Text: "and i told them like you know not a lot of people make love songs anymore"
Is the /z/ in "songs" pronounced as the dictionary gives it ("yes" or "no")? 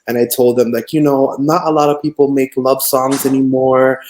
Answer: yes